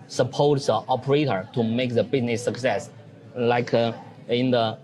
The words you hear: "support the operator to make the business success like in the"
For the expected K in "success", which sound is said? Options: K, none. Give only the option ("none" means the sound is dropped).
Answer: K